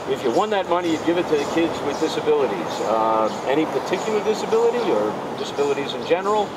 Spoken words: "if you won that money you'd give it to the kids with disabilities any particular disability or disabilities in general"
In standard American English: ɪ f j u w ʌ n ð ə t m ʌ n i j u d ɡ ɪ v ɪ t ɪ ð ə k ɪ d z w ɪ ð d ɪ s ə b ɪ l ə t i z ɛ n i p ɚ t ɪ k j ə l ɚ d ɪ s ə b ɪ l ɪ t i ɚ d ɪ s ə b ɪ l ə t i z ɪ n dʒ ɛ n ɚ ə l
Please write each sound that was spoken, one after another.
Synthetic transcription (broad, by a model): ɪ f j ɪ w ʌ n ð ə t m ʌ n i j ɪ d ɡ ɪ v ɪ t ɪ ð ə k ɪ d z w ɪ ð d ɪ s ə b ɪ l ə t i z ɛ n i p ɚ t ɪ k j l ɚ d ɪ s ə b ɪ l ɪ t i ɚ d ɪ s ə b ɪ l ə t i z ɪ n dʒ ɛ n ɚ l